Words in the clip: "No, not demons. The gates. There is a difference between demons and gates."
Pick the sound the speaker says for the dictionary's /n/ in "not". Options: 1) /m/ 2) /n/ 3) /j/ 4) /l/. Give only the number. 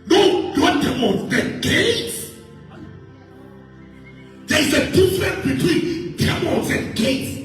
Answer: 4